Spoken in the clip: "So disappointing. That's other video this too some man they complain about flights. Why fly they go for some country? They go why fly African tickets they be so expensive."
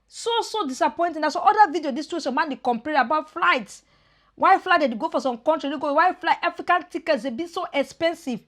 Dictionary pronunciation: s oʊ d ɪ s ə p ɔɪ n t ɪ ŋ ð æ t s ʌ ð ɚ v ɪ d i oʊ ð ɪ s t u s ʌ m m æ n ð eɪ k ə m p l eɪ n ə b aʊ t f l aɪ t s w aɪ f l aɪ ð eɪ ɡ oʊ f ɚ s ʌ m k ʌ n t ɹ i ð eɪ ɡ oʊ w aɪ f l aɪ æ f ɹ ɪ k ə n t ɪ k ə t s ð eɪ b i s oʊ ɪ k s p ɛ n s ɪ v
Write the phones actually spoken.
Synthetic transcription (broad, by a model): s oʊ d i s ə p ɔɪ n t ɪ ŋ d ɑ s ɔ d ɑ v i d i oʊ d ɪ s t u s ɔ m m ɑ n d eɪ k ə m p eɪ ə b aʊ t f l aɪ t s w aɪ f l aɪ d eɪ ɡ oʊ f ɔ s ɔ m k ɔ n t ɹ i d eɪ ɡ oʊ w aɪ f l aɪ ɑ f ɹ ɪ k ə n t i k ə t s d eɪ b i s oʊ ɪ k s p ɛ n s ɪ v